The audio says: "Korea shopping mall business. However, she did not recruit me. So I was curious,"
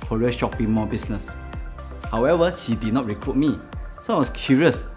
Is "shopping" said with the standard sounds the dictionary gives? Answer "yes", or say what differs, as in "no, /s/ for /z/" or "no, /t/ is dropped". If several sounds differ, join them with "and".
yes